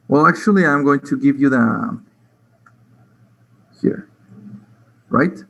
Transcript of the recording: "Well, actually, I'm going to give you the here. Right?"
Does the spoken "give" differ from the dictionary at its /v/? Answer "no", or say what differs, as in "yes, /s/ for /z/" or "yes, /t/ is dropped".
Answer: no